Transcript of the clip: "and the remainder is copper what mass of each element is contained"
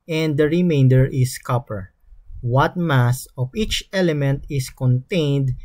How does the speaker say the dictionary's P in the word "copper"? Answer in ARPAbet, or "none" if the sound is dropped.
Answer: P